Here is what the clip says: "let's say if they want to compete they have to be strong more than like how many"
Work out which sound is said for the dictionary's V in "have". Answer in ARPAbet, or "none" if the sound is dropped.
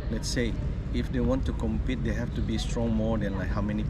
F